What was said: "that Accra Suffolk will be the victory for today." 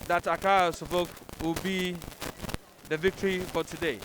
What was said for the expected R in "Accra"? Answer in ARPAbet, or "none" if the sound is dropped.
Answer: none